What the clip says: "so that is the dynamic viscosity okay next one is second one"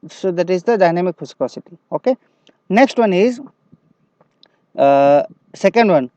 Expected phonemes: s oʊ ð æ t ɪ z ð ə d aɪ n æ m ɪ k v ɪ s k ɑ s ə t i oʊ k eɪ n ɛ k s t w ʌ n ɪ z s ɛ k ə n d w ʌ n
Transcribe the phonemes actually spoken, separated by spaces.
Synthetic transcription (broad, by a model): s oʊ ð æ t ɪ z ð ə d aɪ n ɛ m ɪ k f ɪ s k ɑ s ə t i oʊ k eɪ n ɛ k s t w ʌ n ɪ z s ɛ k ə n d w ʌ n